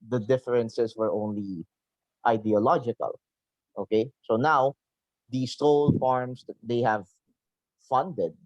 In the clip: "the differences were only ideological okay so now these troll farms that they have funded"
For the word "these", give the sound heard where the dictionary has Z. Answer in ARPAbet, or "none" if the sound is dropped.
S